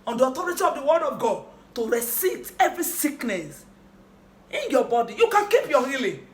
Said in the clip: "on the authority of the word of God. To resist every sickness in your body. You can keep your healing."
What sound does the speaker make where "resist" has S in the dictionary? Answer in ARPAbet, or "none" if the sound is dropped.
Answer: none